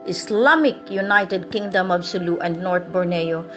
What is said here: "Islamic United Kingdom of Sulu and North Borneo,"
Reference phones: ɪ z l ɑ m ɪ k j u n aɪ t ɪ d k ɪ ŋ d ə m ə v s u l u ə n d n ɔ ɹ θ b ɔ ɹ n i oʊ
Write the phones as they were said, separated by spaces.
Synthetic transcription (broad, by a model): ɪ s l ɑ m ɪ k j u n aɪ t ɪ d k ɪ ŋ d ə m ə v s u l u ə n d n ɔ ɹ t b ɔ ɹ n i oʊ